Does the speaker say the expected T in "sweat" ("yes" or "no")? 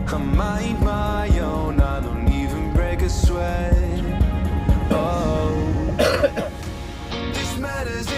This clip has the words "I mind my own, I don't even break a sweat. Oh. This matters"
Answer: no